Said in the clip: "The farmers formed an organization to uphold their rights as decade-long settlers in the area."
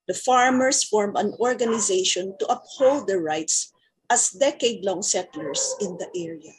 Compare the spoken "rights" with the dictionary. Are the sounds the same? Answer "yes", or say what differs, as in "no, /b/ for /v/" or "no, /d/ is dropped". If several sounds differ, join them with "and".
yes